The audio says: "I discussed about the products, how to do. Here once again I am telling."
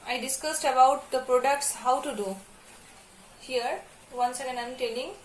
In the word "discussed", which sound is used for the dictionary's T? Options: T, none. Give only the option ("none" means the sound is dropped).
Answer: T